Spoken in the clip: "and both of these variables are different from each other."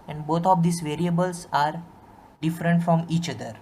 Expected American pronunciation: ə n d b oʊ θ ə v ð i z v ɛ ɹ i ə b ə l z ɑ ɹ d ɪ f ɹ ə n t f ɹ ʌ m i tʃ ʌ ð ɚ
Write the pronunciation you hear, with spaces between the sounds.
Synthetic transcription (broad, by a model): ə n d b oʊ t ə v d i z v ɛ ɹ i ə b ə l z ɑ ɹ d ɪ f ɹ ə n t f ɹ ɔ m i tʃ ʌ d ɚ